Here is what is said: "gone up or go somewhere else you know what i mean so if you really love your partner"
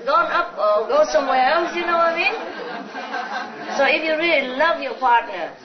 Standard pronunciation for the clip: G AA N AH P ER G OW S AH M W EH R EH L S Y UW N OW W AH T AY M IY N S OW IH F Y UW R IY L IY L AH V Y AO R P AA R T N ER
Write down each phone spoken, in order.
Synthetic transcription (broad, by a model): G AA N AH P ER G OW S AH M W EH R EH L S Y UW N OW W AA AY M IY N S OW IH F Y UW R IY L IY L AH V Y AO P AA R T N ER